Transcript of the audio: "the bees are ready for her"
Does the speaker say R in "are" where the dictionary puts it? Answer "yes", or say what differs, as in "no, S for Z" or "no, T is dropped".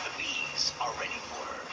no, L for R